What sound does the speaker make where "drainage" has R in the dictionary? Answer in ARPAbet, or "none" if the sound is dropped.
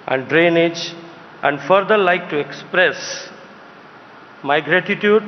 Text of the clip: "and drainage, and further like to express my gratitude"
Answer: R